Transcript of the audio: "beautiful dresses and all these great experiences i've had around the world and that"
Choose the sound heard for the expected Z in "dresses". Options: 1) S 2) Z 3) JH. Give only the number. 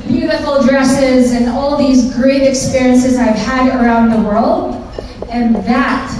2